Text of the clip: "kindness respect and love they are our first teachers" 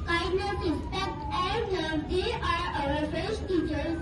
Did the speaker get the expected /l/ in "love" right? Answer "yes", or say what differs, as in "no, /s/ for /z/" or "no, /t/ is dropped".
no, /n/ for /l/